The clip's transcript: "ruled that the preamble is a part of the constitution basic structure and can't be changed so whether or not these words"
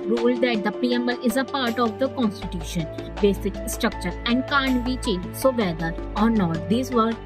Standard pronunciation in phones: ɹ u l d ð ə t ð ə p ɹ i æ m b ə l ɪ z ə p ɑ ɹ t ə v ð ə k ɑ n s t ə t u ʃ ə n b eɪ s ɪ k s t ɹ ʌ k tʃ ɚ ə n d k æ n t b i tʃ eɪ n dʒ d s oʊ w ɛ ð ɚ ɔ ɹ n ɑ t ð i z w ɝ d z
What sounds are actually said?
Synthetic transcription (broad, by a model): ɹ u l d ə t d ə p i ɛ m ə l ɪ z ə p ɑ ɹ t ə v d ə k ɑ n s t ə t u ʃ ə n b eɪ s ɪ k s t ɹ ʌ k tʃ ɚ ə n d k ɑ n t b i tʃ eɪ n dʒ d s oʊ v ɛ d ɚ ɔ ɹ n ɑ t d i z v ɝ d